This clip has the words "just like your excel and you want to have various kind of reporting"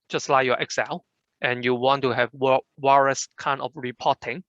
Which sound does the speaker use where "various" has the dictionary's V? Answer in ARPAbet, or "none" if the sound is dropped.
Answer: W